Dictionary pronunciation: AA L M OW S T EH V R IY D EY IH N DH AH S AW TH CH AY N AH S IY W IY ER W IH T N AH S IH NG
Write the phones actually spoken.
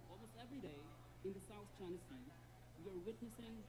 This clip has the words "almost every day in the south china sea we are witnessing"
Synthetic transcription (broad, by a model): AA L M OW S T EH V R IY D EY IH N DH AH S AW TH CH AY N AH S IY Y ER W IH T N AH S IH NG